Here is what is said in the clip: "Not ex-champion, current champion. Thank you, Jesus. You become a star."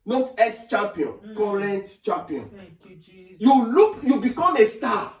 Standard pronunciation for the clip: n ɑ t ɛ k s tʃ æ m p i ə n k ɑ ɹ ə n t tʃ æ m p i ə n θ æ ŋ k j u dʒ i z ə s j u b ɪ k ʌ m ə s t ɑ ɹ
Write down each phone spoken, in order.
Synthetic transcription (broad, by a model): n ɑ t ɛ s tʃ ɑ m p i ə n k ɑ ɹ ə n t tʃ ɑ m p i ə n j u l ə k j u b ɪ k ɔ m ə s t ɑ